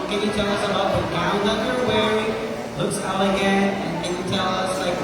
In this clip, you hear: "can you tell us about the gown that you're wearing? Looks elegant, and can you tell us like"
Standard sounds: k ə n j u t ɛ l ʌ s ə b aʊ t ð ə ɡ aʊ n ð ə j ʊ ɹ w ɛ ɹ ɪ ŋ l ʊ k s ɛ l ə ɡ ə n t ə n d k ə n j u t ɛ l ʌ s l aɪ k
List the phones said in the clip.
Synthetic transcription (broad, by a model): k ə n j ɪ t ɛ l ʌ s ə b aʊ t ð ə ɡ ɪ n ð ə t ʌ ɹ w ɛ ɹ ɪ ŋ l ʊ k s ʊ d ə ɡ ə n ə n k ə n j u t ɛ l ʌ s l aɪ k